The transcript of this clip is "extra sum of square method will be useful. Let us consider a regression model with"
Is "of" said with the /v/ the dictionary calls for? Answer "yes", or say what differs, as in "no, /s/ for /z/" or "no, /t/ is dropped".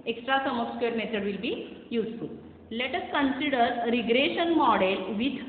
no, /p/ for /v/